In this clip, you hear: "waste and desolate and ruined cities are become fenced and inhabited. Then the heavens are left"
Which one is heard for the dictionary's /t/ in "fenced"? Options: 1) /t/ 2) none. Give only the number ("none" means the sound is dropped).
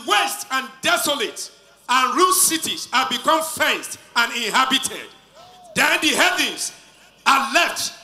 1